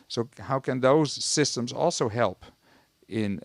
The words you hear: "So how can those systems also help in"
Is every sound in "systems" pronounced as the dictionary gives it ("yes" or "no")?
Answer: yes